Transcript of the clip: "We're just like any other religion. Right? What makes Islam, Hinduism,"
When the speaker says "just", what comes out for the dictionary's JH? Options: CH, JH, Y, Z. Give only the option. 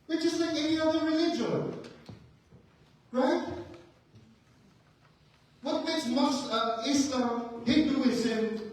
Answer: CH